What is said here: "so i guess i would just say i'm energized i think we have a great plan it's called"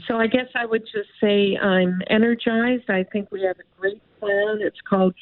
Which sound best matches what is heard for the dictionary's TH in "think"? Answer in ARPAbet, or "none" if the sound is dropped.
TH